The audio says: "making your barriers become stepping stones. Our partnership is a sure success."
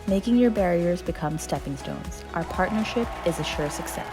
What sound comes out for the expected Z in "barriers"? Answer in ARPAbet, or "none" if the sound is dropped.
Z